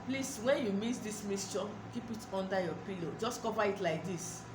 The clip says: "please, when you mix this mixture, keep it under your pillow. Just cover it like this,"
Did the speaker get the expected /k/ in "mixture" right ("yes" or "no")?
no